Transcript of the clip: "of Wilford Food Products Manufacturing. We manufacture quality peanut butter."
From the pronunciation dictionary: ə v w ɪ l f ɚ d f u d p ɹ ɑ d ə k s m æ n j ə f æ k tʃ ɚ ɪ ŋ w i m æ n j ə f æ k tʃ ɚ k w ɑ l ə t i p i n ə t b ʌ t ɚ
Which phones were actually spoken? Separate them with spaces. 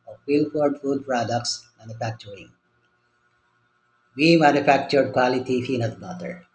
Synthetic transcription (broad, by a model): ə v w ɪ l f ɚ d f u d p ɹ ɑ d ə k s m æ n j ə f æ k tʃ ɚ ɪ ŋ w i m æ n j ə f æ k tʃ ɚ k w ɑ l ə t i f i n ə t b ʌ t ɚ